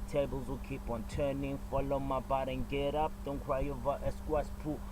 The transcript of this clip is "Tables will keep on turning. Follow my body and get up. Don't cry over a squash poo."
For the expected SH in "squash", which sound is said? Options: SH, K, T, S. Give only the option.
S